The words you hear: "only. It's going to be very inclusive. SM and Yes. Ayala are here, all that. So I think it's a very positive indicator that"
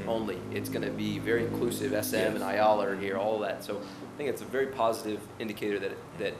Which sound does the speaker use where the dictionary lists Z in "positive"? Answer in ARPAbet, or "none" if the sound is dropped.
Z